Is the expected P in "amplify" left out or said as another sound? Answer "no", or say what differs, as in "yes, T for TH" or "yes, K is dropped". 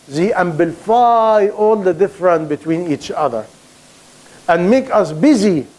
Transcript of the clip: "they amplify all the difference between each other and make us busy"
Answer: yes, B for P